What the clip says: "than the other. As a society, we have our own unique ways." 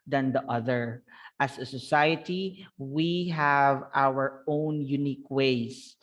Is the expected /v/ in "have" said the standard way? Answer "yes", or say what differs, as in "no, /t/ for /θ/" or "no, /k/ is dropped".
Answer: yes